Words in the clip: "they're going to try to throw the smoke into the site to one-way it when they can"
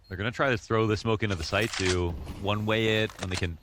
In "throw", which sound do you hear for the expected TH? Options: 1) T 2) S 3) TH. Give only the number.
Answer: 3